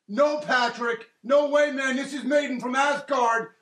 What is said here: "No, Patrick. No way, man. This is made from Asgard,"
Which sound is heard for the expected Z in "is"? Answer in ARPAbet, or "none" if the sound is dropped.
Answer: Z